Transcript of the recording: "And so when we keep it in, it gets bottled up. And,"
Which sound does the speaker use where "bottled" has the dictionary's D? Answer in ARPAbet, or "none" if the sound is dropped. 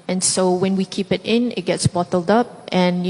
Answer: D